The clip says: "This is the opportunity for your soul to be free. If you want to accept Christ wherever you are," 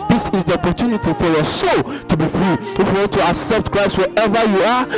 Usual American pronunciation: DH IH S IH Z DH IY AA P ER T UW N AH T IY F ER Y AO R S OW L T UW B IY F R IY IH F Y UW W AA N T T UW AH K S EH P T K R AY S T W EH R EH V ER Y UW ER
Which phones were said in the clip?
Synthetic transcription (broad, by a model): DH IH S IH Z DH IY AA P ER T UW N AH T IY F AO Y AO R S OW L T UW B IY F R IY IH F Y UW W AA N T T UW AH K S EH P T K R AY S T W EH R EH V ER Y UW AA